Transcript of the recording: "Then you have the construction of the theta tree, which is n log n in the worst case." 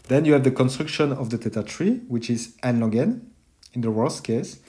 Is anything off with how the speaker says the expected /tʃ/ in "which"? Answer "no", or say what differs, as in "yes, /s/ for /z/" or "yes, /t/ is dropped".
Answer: no